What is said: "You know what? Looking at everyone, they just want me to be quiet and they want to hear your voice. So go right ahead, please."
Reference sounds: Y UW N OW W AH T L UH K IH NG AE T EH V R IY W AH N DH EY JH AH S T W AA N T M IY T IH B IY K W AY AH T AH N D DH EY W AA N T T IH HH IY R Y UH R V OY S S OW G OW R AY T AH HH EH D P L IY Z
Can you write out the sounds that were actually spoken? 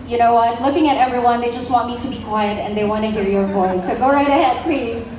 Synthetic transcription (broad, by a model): Y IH N OW W AH T L UH K IH NG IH T EH V R IY W AH N DH EY JH AH S T W AA N T M IY T IH B IY K W AY AH T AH N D DH EY W AA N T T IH HH IY R Y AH R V OY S S OW G OW R AY T AH HH EH D P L IY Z